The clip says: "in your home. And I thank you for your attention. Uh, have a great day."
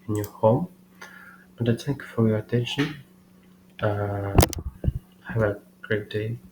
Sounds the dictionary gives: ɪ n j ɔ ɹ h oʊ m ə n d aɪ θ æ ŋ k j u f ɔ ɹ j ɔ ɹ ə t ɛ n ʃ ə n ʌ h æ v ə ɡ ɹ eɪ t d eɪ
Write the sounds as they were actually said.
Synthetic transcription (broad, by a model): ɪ n j ɔ ɹ h oʊ m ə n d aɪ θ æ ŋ k j u f ɔ ɹ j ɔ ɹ ə t ɛ n ʃ ə n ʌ h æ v ə ɡ ɹ eɪ t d eɪ